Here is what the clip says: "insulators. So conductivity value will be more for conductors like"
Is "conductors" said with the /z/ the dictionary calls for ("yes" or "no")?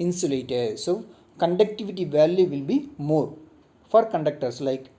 no